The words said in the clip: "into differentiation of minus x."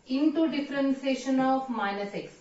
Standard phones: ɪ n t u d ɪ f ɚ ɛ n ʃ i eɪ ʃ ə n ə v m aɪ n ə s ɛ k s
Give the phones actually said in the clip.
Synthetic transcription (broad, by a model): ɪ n t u d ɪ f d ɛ n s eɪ ʃ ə n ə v m aɪ n ə s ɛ k s